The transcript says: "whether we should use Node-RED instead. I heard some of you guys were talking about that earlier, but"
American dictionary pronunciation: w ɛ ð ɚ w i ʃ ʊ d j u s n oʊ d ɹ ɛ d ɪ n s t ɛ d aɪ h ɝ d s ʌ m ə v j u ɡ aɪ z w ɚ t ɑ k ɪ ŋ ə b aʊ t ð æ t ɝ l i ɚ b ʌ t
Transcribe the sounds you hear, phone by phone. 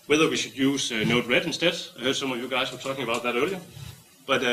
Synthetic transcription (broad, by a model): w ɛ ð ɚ w i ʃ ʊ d j u s n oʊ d ɹ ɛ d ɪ n s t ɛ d aɪ h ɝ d s ʌ m ə v j u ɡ aɪ s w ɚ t ɑ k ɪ ŋ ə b aʊ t ð æ t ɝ l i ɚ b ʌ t